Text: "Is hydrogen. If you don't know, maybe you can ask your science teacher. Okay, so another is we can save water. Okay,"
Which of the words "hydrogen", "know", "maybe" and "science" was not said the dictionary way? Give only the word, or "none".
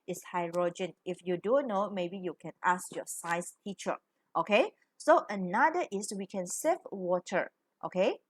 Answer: science